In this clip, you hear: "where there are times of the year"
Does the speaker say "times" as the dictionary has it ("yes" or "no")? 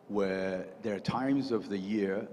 yes